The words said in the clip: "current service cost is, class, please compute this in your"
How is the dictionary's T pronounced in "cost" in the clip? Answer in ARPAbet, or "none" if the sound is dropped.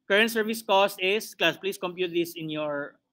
T